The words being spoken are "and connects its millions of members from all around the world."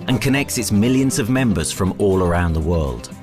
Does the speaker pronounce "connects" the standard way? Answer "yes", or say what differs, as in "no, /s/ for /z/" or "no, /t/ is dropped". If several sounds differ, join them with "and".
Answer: yes